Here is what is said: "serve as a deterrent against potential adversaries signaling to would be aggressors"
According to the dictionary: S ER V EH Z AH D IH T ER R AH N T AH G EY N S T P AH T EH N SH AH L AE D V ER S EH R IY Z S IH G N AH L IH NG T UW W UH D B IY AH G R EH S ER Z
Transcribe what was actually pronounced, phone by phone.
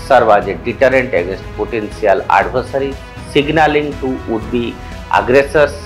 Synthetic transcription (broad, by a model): S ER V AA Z AH D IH T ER R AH N T AH G EY N S T P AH T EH N S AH L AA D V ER S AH R IY S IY G N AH L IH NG T UW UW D B IY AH G R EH S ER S